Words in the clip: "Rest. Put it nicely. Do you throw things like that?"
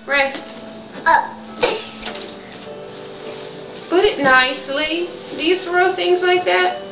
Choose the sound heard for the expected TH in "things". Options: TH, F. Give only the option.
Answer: TH